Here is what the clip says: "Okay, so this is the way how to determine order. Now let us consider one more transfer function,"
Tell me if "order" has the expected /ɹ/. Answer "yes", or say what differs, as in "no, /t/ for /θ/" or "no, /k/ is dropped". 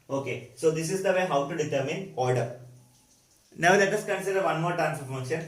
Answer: no, /l/ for /ɹ/